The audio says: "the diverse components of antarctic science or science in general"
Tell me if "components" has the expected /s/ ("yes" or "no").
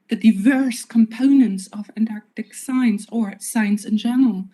yes